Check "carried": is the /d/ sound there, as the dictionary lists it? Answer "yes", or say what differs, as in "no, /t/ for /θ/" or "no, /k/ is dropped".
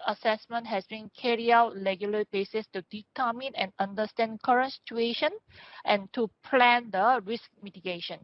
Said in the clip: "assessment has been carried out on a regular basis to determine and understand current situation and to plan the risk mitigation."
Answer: no, /d/ is dropped